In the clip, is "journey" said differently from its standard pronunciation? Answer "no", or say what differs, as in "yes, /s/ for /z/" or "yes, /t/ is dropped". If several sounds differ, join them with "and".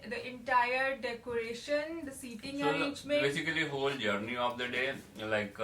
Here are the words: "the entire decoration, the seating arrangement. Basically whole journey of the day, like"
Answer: no